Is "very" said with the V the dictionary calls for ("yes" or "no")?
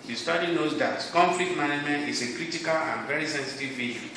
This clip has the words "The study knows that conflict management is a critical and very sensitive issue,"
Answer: yes